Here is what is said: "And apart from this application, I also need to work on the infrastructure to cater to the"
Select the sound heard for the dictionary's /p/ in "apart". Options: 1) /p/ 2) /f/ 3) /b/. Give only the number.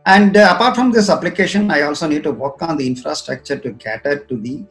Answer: 1